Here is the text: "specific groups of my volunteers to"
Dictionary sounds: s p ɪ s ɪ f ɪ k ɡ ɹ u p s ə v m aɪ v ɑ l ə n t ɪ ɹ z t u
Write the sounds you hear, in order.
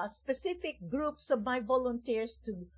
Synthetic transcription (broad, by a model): s p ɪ s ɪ f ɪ k ɡ ɹ u p s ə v m aɪ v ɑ l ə n t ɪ ɹ s t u